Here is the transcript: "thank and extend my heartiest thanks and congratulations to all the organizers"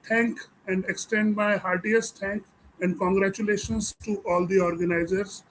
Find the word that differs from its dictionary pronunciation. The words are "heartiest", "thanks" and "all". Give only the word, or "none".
thanks